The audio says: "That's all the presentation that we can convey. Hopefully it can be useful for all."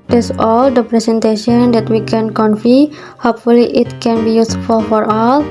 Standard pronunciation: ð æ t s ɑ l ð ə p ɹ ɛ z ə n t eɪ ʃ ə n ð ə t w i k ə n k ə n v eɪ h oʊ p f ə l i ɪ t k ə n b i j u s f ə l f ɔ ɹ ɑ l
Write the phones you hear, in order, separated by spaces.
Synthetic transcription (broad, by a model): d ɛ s ɑ l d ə p ɹ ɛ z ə n t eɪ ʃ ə n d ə t w i k ə n k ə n f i h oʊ p f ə l i ɪ t k ə n b i j u s f ə l f ɔ ɹ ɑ l